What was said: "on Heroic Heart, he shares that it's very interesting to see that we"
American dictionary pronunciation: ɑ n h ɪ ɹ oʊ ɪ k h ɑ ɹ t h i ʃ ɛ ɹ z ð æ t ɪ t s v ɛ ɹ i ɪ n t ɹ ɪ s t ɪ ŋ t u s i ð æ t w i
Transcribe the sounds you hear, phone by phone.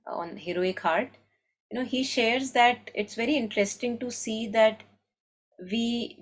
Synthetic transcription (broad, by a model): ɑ n h ɪ ɹ oʊ ɪ k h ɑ ɹ t h i ʃ ɛ ɹ z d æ t ɪ t s v ɛ ɹ i ɪ n t ɹ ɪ s t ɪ ŋ t u s i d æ t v i